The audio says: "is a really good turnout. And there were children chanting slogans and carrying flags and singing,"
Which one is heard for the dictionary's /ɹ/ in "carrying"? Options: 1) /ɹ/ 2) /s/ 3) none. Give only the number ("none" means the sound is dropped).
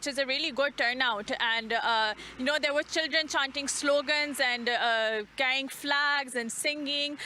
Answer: 3